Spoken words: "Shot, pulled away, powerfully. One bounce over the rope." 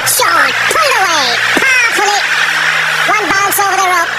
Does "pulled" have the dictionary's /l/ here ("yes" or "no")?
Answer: no